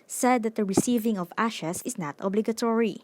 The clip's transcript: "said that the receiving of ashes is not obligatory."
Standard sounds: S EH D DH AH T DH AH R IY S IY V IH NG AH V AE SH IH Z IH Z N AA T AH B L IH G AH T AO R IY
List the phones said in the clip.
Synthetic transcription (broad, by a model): S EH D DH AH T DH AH R IY S IY V IH NG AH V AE SH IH S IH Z N AA T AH B L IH G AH T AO R IY